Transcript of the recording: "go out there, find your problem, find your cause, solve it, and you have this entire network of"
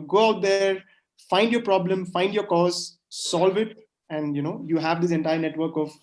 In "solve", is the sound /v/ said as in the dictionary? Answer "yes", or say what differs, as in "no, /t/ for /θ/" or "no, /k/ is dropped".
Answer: yes